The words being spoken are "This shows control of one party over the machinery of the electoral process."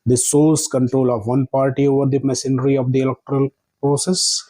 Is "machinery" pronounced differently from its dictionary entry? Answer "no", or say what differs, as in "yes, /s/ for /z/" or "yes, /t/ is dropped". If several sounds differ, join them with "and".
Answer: yes, /s/ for /ʃ/